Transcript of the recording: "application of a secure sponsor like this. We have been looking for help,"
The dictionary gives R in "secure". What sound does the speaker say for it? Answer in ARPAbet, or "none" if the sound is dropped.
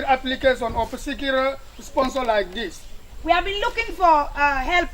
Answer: L